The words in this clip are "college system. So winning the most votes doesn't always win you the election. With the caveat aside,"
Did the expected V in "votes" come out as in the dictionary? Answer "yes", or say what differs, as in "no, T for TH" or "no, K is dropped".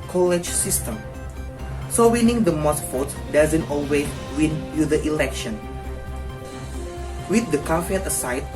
no, F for V